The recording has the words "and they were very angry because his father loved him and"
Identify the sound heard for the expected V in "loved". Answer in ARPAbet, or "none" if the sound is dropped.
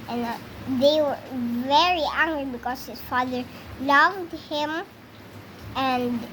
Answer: V